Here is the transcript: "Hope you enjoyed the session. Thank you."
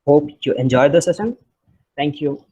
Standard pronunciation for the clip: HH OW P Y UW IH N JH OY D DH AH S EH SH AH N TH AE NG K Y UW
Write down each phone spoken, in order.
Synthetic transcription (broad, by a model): HH OW P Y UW IH N JH OY D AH S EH S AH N T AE NG K Y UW